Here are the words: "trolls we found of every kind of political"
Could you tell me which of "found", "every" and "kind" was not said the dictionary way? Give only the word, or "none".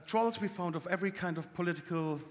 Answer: none